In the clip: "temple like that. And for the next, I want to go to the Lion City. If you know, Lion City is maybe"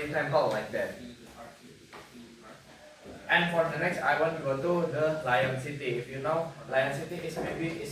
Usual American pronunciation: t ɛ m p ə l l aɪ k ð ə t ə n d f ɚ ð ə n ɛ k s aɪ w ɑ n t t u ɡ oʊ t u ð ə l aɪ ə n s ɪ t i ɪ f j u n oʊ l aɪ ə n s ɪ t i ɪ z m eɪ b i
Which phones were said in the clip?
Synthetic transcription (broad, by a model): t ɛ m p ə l l aɪ k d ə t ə n f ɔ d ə n ɛ k s aɪ w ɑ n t t u ɡ oʊ t u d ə l aɪ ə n s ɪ t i ɪ f j u n oʊ l aɪ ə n s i t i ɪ s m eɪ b i